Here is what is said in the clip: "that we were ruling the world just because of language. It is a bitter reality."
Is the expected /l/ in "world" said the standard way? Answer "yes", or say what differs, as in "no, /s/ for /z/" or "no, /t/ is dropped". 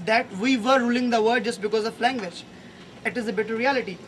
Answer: no, /l/ is dropped